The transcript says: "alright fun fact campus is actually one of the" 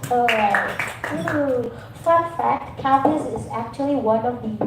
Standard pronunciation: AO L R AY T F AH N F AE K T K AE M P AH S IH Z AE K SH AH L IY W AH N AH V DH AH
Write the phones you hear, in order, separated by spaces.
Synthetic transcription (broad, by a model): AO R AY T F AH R F AE K T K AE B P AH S IH Z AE K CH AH L IY W AH N AH V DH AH